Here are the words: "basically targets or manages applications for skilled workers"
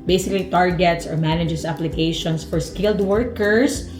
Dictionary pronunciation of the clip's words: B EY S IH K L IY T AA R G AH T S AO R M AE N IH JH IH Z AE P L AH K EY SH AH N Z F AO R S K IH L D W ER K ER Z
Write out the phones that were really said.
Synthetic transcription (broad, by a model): B EY S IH K L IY T AA R G AH T S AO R M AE N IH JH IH S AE P L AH K EY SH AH N S F AO R S K IH L D W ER K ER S